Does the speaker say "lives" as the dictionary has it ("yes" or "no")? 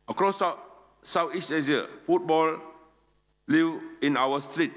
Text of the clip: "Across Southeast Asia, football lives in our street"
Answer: no